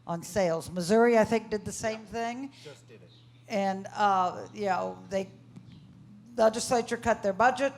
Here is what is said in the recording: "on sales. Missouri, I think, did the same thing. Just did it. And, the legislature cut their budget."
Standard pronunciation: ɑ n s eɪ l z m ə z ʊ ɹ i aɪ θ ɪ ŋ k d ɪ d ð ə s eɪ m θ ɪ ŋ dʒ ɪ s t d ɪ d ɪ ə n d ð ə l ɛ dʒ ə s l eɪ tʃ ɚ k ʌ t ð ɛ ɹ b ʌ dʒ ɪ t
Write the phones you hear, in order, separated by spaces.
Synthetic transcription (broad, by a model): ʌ n s eɪ l z m ə z ʊ ɹ i aɪ θ ɪ ŋ k d ɪ d ð ə s eɪ m θ ɪ ŋ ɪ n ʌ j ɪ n ɪ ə ð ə l ɛ dʒ ə s l eɪ tʃ ɚ k ʌ t ð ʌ ɹ b ʌ dʒ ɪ t